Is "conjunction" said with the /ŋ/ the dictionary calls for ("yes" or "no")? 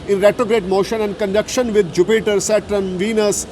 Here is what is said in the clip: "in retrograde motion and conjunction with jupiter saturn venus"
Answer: no